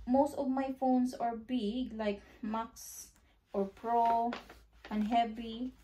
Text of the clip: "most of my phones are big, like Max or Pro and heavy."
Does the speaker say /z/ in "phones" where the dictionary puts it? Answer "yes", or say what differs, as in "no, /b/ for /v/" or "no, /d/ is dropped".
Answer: no, /s/ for /z/